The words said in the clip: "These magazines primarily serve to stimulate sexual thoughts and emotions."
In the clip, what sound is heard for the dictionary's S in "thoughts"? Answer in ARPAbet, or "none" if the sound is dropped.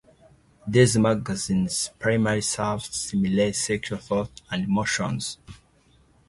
none